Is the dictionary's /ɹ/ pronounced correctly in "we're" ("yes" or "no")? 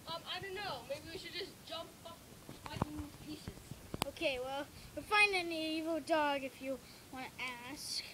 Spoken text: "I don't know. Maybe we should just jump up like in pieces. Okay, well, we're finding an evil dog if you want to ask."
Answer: no